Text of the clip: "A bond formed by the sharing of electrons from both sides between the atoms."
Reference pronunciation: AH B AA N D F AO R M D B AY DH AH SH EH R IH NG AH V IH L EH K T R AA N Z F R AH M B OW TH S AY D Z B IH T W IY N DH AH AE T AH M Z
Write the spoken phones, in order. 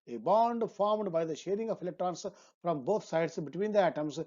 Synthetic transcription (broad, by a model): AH B AA N D F AO R M D B AY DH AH SH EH R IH NG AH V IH L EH K T R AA N S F R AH M B OW T S AY D S B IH T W IY N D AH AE T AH M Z